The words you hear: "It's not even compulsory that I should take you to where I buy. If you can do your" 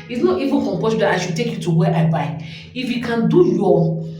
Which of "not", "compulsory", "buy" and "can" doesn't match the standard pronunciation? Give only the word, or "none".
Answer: compulsory